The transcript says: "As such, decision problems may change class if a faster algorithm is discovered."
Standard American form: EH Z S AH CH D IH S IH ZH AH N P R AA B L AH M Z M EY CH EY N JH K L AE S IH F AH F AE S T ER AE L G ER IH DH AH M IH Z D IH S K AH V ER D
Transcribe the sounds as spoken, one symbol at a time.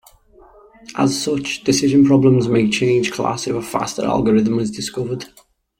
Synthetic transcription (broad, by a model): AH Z S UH CH D IH S IH ZH AH N P R AA B L AH M Z M EY CH EY N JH K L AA S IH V AH F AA S T ER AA L G ER IH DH AH M IH Z D IH S K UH V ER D